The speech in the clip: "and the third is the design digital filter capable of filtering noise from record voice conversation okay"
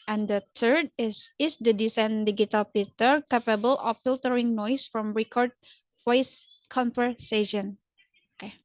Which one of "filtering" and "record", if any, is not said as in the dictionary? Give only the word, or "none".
none